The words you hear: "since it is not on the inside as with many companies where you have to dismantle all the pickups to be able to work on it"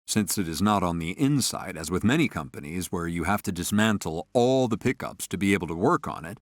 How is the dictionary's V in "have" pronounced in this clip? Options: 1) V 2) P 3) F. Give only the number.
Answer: 3